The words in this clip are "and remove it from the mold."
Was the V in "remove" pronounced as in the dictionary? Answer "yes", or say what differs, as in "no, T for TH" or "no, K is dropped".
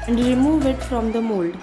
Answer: yes